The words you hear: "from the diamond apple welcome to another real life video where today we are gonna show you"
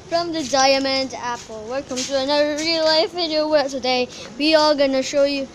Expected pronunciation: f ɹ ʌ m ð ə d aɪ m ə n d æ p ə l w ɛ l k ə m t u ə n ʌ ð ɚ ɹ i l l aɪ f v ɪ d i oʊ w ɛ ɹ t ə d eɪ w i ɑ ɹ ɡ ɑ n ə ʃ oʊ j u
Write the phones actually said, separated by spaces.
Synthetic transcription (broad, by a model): f ɹ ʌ m ð ə d aɪ m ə n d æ p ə l w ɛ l k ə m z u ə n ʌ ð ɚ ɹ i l l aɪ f v ɪ d i oʊ w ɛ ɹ t ə d eɪ w i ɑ l ɡ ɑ n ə ʃ oʊ j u